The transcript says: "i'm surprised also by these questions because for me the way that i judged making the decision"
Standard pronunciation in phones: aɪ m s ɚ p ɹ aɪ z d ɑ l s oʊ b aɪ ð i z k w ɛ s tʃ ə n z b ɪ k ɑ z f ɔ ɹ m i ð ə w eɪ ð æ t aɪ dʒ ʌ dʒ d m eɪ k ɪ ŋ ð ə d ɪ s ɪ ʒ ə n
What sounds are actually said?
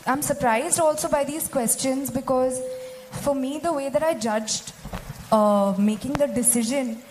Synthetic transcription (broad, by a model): aɪ m s ɚ p ɹ aɪ z d ɑ l s oʊ b aɪ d i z k w ɛ s tʃ ə n z b ɪ k ɑ z f ɔ ɹ m i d ə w eɪ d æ t aɪ dʒ ʌ dʒ d m eɪ k ɪ ŋ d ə d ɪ s ɪ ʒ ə n